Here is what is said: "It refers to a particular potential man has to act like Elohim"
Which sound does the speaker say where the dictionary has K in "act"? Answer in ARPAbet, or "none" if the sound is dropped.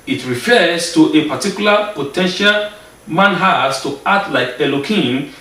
none